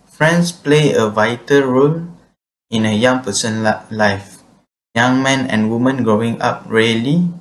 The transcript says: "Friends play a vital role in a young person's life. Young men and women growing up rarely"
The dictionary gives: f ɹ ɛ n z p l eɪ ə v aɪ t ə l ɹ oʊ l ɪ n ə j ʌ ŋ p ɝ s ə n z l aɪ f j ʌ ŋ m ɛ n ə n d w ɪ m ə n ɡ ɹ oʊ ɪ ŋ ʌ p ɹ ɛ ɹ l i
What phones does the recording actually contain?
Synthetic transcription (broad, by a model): f ɹ ɛ n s p l eɪ ə v aɪ t ə l ɹ oʊ l ɪ n ə j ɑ ŋ p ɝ s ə n l aɪ f j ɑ ŋ m ɛ n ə n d w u m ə n ɡ ɹ oʊ ɪ ŋ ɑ p ɹ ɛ l i